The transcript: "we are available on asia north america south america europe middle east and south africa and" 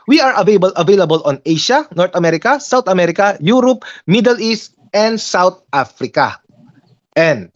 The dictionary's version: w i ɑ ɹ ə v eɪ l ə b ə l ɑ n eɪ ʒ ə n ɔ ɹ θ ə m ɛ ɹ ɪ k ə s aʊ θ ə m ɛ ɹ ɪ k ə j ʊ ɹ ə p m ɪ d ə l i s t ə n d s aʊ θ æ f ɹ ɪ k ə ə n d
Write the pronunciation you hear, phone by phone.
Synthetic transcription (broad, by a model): w i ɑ ɹ ə v eɪ l ə b ə l ɑ n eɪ ʃ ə n ɔ ɹ t ə m ɛ ɹ ɪ k ə s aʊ t ə m ɛ ɹ ɪ k ə j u ɹ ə p m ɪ d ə l i s t ə n d s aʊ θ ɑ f ɹ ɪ k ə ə n d